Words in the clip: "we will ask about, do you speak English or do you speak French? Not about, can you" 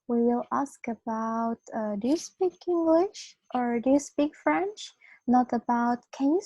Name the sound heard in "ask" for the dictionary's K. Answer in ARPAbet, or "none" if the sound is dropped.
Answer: K